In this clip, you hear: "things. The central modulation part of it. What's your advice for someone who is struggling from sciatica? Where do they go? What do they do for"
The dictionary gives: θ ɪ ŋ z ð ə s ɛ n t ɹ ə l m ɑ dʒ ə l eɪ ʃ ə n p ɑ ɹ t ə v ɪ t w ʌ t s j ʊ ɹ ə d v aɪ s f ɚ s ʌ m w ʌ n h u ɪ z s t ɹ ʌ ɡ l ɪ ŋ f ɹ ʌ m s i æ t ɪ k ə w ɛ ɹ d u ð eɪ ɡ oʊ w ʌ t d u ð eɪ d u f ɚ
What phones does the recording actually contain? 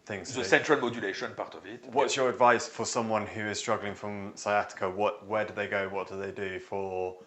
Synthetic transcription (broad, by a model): θ ɪ ŋ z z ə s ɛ n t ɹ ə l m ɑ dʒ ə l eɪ ʃ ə n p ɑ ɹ t ə v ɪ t w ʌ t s j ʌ ɹ ə d v aɪ s f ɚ s ʌ m w ʌ n h u ɪ z s t ɹ ʌ ɡ l ɪ ŋ f ɹ ʌ m s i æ t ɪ k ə w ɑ w d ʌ ð eɪ ɡ oʊ w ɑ t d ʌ ð eɪ d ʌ f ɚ